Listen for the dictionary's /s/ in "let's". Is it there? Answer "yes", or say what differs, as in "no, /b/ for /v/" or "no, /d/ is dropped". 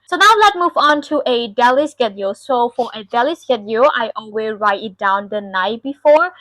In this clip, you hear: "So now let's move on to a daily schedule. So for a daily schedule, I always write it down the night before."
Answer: no, /s/ is dropped